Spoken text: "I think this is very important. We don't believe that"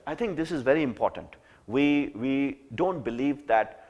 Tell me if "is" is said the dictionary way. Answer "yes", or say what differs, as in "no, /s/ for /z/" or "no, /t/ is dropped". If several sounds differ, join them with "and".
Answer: yes